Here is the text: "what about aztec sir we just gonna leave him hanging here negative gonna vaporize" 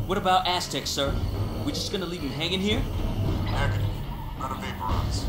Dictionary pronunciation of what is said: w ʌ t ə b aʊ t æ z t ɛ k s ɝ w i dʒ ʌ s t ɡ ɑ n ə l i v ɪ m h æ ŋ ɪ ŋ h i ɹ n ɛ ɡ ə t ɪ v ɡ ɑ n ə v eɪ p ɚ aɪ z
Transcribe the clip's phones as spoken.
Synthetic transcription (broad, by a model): w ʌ t ə b aʊ t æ s t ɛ k s ɝ w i dʒ ʌ s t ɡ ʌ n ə l i v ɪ h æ ŋ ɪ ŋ h i ɹ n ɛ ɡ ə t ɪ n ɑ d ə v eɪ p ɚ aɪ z